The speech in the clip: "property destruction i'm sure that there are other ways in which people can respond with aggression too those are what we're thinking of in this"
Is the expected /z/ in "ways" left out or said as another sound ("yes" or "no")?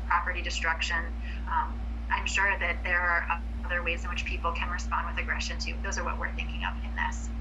no